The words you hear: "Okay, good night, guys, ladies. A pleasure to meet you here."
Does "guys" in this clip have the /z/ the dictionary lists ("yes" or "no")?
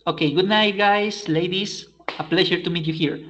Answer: no